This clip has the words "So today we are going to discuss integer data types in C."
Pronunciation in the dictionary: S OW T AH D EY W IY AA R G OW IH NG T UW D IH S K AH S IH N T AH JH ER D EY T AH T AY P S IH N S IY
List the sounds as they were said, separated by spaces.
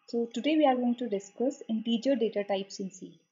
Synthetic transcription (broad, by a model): S OW T AH D EY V IY AA R G OW IH NG T UW D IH S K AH S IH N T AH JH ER D EY T AH T AY P S IH N S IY